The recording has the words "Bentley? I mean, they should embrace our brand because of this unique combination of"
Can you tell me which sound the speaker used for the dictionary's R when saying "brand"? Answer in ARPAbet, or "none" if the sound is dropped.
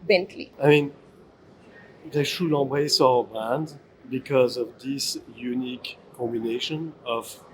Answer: none